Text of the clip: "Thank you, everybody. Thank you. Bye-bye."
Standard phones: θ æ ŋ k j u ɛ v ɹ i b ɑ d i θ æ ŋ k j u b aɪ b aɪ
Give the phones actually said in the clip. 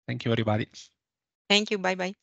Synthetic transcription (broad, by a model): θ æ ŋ k j u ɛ ɹ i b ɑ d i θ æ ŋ k j u b aɪ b aɪ